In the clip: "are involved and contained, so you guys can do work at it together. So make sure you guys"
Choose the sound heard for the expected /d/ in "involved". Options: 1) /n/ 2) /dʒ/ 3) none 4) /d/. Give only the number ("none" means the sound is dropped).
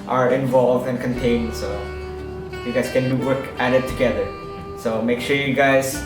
4